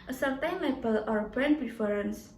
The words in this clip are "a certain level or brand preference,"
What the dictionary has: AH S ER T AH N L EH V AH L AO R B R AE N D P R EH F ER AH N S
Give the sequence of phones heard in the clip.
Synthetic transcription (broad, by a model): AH S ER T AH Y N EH B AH L AO R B R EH N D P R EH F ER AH N S